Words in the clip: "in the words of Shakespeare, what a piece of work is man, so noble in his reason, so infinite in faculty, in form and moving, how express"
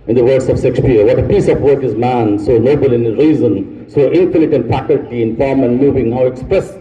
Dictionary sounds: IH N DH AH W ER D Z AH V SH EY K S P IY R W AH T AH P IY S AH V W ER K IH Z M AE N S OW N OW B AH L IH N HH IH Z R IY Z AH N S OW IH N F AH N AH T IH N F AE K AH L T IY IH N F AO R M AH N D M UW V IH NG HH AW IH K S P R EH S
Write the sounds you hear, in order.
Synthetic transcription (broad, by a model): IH N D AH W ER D S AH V S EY K S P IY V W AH T AH P IY S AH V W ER K IH Z M AE N S OW N OW B AH L IH N R IY Z AH N S OW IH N F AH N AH T IH N F AE K AH L T IY IH N F AO R M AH N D M UW V IH NG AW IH K S P R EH S